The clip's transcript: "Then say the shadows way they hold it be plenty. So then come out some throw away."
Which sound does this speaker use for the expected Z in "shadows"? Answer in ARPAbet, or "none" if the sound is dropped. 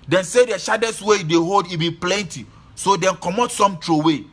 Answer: S